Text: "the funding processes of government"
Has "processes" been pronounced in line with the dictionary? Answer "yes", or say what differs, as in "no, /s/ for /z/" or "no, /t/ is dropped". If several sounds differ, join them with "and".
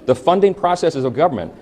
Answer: yes